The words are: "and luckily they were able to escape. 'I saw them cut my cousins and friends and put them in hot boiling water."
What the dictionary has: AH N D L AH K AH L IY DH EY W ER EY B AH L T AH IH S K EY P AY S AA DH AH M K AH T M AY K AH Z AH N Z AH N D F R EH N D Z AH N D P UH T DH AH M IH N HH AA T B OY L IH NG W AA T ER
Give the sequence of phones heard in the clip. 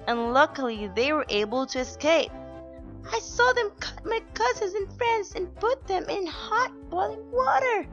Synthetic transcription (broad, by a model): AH N L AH K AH L IY DH EY W ER EY B AH L T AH IH S K EY P AY S AA DH AH M K AH T M AY K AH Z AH Z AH N F R EH N D Z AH N P UH T DH AH M IH N HH AA T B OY L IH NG W AA T ER